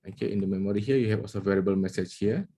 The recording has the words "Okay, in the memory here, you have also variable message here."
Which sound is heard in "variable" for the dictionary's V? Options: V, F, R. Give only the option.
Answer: V